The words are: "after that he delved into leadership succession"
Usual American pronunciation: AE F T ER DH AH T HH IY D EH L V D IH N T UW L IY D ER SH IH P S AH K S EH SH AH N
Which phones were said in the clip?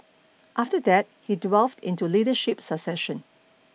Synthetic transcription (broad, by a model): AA F T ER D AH T HH IY D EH L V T IH N T UW L IY D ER SH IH P S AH S EH SH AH N